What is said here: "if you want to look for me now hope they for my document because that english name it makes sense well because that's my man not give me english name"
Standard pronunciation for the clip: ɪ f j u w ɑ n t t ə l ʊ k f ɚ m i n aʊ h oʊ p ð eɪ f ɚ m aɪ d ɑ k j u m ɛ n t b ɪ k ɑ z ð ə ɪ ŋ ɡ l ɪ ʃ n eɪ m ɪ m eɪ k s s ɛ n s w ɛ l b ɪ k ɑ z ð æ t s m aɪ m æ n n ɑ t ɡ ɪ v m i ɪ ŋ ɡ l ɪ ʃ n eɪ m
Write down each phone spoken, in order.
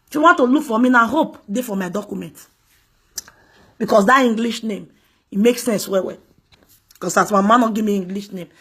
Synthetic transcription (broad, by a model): f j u w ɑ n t t ə l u k f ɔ m i n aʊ h oʊ p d eɪ f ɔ m aɪ d ɑ k j u m ɛ n t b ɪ k ɑ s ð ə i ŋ ɡ l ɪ ʃ n eɪ m ɪ m eɪ k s s ɛ n s w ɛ w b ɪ k ɑ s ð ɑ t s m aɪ m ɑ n n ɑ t ɡ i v m i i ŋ ɡ l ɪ ʃ n eɪ m